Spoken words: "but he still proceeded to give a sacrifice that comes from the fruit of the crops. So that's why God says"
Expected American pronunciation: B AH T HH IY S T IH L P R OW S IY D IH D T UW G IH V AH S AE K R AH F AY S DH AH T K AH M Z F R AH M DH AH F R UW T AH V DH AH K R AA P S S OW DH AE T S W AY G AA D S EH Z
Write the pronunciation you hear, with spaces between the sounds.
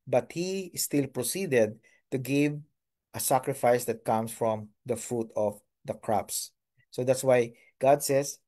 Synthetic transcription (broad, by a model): B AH T HH IY S T IH L P R OW S IY D IH D T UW G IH V AH S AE K R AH F AY S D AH T K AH M S F R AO M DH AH F R UW T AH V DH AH K R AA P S S OW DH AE T S W AY G AA D S EH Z